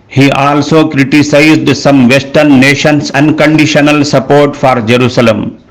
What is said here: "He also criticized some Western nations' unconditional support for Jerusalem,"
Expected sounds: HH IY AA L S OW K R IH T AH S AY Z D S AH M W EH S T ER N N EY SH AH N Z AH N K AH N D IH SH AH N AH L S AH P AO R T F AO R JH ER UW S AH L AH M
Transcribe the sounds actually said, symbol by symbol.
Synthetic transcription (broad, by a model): HH IY AA L S OW K R IH T AH S AY Z D S AH M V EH S T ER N N EY SH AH N S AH N K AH N D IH SH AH N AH L S AH P AO R T F AO R JH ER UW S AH L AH M